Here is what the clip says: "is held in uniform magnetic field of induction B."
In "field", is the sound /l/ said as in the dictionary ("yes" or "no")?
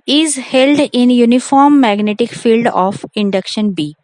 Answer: yes